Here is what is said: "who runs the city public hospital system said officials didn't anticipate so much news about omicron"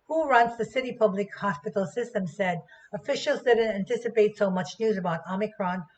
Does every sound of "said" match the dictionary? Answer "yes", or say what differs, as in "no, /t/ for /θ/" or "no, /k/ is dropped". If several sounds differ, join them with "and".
yes